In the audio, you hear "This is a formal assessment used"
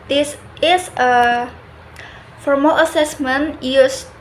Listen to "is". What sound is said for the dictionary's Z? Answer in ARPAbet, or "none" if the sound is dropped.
S